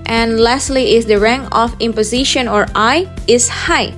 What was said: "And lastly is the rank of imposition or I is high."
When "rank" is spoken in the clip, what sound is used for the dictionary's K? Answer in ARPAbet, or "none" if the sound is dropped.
none